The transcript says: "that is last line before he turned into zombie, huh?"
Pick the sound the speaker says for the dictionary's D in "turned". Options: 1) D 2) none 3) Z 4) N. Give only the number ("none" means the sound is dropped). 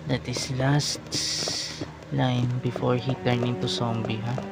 2